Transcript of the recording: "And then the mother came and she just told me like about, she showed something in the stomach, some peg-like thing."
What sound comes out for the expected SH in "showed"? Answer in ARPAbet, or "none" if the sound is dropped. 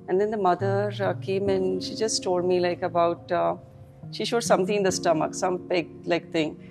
SH